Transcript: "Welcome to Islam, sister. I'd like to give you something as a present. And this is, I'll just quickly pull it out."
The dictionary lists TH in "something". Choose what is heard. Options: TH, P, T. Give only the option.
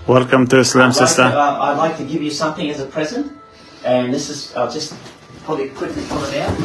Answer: TH